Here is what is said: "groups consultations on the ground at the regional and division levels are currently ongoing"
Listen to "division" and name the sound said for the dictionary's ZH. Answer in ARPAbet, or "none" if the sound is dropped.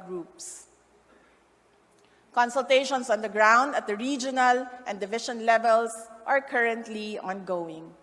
SH